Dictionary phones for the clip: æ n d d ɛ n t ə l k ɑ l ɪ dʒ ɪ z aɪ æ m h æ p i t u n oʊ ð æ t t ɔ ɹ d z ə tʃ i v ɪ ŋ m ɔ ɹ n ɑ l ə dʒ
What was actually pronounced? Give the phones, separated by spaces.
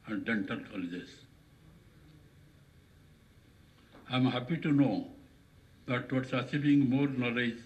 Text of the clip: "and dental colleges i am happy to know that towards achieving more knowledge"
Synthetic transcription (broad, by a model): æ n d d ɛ n t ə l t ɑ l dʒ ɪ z aɪ m h æ p i t u n oʊ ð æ t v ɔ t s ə s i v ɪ ŋ m ɔ ɹ n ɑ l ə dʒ